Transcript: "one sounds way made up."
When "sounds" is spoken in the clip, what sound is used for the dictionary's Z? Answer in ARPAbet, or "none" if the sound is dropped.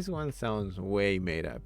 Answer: Z